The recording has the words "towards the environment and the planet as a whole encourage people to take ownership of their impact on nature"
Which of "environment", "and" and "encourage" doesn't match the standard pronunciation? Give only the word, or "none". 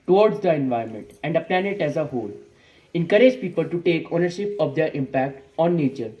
environment